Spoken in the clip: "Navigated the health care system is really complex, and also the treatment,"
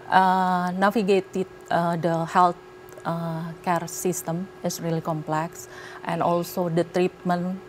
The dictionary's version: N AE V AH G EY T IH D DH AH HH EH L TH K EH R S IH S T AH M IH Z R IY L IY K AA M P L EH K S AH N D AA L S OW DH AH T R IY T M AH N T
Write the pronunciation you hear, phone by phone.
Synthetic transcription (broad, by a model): N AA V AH G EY T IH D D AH HH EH L T K EH R S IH S T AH M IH S R IY L IY K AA M P L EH K S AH N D AA L S OW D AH T R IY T M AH N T